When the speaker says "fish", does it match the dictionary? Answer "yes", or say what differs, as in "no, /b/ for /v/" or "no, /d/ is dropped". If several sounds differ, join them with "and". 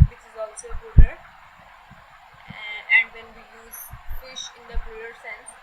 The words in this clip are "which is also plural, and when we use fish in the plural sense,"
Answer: yes